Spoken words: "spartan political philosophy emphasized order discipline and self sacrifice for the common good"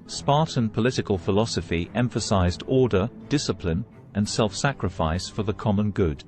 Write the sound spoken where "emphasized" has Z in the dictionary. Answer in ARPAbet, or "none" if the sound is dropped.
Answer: Z